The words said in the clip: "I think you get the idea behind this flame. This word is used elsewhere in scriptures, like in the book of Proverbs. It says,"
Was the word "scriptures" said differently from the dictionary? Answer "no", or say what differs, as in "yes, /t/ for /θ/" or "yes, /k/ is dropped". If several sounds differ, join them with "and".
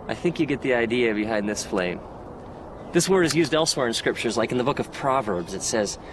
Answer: no